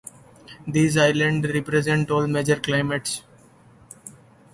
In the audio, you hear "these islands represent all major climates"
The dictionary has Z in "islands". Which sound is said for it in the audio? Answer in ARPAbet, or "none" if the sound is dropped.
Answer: none